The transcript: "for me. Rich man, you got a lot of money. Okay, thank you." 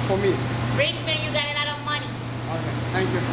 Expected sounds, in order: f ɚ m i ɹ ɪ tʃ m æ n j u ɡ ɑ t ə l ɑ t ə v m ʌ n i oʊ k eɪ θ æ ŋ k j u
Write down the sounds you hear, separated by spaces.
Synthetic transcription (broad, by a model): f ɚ m i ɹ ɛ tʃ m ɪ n j u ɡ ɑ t ə l ɑ t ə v m ʌ n i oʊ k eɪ t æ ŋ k j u